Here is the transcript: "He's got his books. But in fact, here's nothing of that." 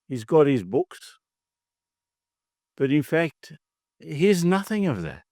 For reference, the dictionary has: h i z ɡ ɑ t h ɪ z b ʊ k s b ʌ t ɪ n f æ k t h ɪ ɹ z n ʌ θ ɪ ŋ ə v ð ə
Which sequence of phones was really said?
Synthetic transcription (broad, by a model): h i z ɡ ɑ t h ɪ z b ʊ k s b ʌ t ɪ n f æ k t h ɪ z n ʌ θ ɪ ŋ ə v ð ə